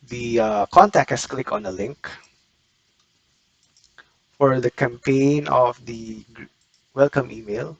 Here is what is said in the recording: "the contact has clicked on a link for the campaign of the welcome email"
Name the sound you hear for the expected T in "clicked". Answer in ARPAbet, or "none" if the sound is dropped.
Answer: none